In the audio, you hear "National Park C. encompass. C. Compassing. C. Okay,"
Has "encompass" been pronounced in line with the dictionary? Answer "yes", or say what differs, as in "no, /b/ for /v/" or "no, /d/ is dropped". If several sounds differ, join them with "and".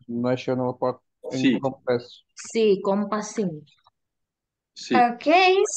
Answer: no, /n/ is dropped